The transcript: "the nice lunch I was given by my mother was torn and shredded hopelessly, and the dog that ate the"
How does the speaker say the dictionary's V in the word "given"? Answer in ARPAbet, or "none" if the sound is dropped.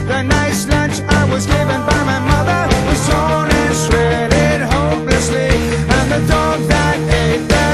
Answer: V